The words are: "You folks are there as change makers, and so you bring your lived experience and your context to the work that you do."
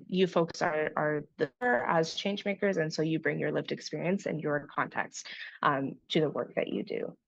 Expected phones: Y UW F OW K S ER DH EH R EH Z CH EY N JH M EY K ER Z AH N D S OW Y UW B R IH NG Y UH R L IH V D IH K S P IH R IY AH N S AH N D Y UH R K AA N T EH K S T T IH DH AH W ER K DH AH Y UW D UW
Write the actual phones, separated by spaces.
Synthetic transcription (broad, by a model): Y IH F OW K S ER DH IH R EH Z CH EY N JH M EY K ER Z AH N S OW Y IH B R IH NG Y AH R L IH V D IH K S P IH R IY AH N S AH N Y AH R K AA N T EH K S T T IH DH AH W ER K DH AH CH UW D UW